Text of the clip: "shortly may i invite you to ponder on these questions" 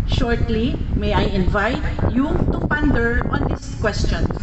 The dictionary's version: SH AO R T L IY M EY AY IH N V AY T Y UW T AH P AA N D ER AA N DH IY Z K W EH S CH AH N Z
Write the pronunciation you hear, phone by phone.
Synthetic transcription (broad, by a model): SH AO R T L IY M EY AY IH N V AY T Y UW T AH P AA N D ER AA N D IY S K W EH S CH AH N